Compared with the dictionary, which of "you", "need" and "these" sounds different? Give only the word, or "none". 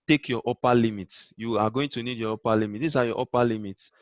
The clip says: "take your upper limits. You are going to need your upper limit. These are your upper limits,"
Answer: these